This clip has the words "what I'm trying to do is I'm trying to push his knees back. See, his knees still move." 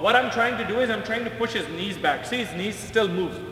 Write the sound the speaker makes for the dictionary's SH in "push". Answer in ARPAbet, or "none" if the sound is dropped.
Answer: SH